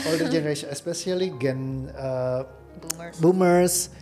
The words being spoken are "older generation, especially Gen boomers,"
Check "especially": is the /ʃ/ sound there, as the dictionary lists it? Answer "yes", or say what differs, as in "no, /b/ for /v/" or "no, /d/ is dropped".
no, /s/ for /ʃ/